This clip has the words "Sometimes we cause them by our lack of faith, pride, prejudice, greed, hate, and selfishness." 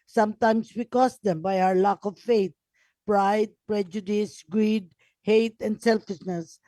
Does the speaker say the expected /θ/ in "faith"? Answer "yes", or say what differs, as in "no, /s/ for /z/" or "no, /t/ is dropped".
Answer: no, /t/ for /θ/